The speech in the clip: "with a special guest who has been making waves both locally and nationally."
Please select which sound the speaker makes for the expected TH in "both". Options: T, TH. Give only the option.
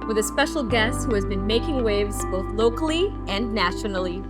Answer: TH